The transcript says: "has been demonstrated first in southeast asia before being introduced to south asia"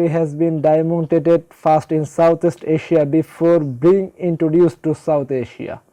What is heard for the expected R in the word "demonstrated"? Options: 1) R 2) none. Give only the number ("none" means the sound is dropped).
2